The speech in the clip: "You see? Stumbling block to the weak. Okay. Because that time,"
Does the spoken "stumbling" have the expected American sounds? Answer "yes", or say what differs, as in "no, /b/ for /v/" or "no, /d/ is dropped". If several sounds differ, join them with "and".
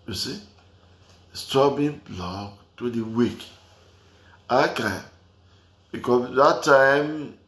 no, /m/ is dropped and /l/ is dropped